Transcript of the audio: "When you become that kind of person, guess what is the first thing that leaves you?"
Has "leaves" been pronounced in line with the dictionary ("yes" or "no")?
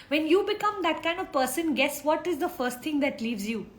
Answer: yes